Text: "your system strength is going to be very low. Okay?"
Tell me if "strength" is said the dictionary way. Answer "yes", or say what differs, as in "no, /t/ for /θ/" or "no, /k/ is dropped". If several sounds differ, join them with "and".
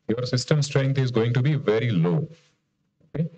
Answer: no, /t/ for /θ/